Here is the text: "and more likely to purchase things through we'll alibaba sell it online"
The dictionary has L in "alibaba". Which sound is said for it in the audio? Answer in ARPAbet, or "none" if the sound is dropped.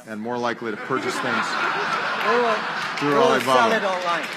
none